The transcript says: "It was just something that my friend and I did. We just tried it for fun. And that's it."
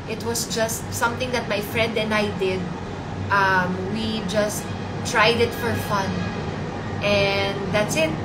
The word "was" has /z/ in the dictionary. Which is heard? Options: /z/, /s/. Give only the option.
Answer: /s/